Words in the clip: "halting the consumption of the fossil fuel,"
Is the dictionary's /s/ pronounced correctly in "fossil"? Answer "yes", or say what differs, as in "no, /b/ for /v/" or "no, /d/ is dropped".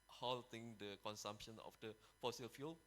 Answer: yes